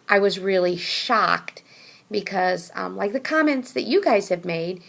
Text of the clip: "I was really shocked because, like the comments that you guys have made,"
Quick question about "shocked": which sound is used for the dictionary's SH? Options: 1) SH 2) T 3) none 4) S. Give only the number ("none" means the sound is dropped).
1